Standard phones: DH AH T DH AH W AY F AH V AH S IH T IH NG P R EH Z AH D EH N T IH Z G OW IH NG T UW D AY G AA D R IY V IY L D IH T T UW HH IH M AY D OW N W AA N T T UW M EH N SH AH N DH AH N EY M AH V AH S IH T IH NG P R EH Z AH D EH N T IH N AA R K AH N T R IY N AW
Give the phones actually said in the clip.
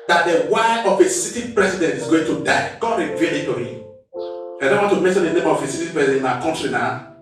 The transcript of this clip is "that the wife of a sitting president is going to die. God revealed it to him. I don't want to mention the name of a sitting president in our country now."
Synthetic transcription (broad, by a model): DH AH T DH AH W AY AH F AH S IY T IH P R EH S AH D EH N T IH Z G OW IH NG T UW D AY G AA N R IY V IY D IH T T UW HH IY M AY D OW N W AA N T T UW M EH N SH AH N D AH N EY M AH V AH S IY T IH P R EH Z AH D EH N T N AA K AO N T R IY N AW